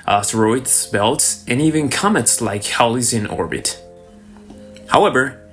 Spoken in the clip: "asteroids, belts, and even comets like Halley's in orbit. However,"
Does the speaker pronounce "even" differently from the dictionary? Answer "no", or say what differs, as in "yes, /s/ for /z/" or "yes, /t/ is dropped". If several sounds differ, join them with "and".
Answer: no